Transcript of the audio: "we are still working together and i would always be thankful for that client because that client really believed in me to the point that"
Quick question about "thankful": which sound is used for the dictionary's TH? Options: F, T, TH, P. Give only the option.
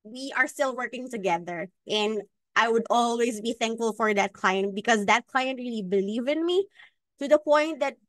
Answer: TH